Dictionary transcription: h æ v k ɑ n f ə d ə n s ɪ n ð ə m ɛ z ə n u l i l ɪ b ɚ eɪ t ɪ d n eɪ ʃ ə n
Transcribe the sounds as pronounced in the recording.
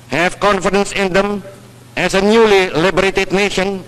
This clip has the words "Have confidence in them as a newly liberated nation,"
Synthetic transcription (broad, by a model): h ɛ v k ɑ n f ə d ə n s ɪ n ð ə m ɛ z ə n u l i l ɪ b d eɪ t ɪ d n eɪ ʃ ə n